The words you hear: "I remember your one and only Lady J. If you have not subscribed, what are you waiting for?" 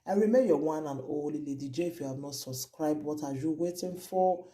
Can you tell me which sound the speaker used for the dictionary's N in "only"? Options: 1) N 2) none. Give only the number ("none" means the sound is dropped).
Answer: 2